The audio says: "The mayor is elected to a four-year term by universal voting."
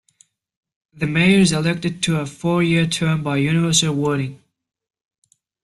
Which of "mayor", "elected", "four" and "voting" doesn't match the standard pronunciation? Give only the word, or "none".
voting